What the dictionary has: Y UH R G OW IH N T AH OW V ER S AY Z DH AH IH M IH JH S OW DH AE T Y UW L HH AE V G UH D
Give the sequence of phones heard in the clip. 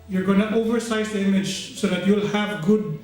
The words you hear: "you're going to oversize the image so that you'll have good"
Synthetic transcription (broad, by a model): Y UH R G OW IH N T OW V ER S AY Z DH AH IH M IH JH S OW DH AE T Y UW L HH AE V G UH D